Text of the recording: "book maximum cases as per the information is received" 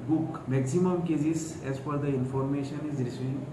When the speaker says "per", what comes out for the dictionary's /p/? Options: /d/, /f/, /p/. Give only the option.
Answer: /f/